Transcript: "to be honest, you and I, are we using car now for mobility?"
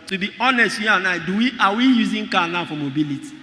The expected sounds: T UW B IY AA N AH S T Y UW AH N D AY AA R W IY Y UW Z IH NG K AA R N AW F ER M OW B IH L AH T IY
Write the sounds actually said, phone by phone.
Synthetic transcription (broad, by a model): T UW B IY AA N AH S T Y UW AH N AY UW W W IY Y UW Z IH NG K AA N AW F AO M OW B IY L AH T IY